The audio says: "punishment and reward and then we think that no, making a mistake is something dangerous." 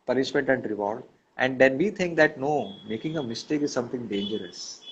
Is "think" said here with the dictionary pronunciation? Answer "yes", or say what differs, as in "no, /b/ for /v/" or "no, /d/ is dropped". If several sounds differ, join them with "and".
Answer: no, /t/ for /θ/